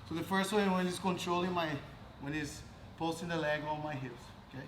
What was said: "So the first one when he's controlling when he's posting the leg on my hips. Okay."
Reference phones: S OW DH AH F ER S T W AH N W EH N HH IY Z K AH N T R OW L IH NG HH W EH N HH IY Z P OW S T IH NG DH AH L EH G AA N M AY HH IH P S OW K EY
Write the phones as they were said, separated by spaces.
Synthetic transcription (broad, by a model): S OW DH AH F ER S T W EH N W EH N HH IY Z K AH N T R OW L IH NG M W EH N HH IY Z P OW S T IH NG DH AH L EH G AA L M AY HH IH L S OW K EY